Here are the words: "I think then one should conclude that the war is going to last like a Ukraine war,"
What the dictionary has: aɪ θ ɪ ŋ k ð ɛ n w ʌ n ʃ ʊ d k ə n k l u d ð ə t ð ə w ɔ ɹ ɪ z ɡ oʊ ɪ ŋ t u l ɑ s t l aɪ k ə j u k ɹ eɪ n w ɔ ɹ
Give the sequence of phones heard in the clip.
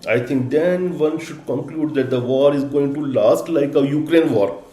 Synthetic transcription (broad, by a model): aɪ t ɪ ŋ k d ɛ n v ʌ n ʃ ʊ d k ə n k l u d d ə t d ə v ɔ ɹ ɪ z ɡ oʊ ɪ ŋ t u l ɑ s t l aɪ k ə j u k ɹ eɪ n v ɔ ɹ